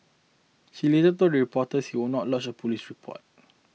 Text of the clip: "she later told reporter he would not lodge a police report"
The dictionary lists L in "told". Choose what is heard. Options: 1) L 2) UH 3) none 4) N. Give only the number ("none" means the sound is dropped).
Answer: 3